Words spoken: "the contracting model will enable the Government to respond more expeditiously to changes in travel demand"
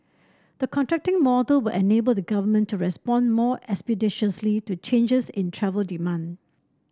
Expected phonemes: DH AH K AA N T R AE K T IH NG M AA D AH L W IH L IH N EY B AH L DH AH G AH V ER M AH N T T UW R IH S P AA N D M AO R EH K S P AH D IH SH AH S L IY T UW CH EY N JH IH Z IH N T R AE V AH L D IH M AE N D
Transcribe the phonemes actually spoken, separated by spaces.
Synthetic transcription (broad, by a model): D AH K AA N T R AE K T IH NG M AA D AH L W IH L IH N EY B AH L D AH G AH V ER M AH N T T UW R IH S P AA N M AO EH K S P AH D IH SH AH S L IY T UW CH EY N JH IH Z IH N T R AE V AH L D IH M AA N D